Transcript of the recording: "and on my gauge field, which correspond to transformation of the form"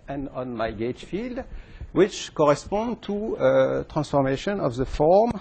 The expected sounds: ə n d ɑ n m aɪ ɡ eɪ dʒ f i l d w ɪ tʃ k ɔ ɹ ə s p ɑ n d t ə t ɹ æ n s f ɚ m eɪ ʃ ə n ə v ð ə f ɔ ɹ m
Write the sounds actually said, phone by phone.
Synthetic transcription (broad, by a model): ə n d ɑ n m aɪ ɡ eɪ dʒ f i l d w ɪ tʃ k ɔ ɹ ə s p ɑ n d t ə t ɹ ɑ n s f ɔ m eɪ ʃ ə n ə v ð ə f ɔ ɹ m